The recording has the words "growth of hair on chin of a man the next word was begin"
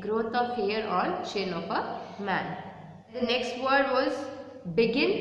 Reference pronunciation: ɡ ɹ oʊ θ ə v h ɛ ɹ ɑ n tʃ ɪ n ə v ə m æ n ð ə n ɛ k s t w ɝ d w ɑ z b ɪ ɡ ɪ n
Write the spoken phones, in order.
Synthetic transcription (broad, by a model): ɡ ɹ oʊ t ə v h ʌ ɹ ɑ n ʃ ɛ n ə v ə m æ n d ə n ɛ k s t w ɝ d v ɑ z b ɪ ɡ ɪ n